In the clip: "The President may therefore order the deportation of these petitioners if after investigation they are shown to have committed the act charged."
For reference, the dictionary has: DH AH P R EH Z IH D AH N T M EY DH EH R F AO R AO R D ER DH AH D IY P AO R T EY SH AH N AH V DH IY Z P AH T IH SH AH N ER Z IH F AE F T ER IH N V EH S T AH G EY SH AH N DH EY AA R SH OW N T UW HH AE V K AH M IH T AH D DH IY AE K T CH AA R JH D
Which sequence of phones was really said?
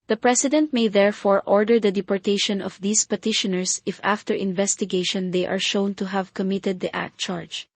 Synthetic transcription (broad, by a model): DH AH P R EH S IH D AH N T M EY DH EH R F AO R AO R D ER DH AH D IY P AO R T EY SH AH N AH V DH IY S P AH T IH SH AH N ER S IH F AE F T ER IH N V EH S T AH G EY SH AH N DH EY AA R SH OW N T UW HH AE V K AH M IH T AH D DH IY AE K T CH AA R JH